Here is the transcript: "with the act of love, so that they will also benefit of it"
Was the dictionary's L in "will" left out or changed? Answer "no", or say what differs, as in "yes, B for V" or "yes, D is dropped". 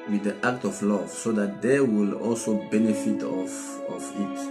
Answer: no